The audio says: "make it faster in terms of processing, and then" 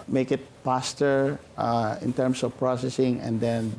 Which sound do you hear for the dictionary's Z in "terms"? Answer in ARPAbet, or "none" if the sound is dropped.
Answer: S